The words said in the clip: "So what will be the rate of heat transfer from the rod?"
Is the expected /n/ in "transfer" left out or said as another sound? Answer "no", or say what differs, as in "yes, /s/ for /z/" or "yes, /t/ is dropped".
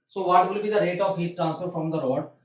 no